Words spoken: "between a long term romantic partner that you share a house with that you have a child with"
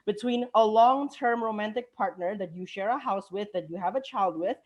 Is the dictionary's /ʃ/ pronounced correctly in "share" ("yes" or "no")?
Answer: yes